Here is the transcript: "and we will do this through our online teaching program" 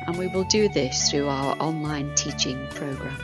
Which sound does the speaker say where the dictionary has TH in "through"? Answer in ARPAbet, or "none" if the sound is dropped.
TH